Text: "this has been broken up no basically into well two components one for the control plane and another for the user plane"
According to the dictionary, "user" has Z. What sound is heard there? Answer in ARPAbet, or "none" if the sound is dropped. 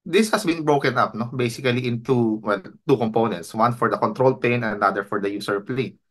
S